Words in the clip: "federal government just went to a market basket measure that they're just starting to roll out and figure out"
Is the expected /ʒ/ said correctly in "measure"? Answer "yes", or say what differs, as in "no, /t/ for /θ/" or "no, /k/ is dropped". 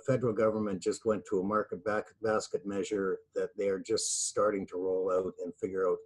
yes